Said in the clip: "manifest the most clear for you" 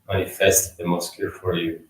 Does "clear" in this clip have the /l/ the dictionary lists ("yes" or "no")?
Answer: no